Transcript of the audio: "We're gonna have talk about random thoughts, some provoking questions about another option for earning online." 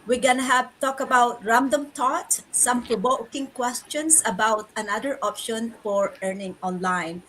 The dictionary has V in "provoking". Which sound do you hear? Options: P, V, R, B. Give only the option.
B